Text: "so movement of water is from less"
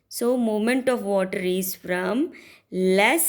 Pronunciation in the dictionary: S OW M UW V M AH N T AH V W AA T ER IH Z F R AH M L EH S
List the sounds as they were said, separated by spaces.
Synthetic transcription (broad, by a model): S OW M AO M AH N T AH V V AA T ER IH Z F R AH M L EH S